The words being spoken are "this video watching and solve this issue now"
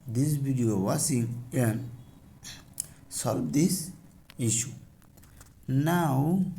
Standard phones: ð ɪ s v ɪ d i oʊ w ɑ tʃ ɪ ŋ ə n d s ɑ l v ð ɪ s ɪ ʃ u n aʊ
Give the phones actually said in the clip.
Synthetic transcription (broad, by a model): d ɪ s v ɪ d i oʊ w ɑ s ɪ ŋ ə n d s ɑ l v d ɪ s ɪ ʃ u n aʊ